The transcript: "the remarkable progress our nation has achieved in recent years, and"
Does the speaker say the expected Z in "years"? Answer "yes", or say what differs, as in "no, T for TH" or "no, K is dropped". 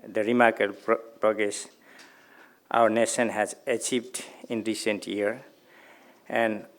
no, Z is dropped